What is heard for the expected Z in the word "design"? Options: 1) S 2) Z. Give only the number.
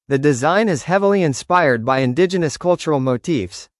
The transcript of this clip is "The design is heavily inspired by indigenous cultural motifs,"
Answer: 2